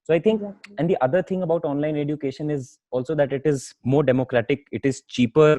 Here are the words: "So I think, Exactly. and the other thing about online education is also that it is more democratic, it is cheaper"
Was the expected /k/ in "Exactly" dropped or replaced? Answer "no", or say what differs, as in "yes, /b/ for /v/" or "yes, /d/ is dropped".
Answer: yes, /k/ is dropped